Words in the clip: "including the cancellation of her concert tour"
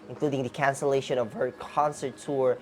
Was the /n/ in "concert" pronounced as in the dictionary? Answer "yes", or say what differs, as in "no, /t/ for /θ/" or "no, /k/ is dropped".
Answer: yes